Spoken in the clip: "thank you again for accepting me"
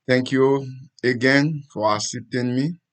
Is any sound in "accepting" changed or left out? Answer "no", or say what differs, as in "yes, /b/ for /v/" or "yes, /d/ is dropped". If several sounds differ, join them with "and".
yes, /k/ is dropped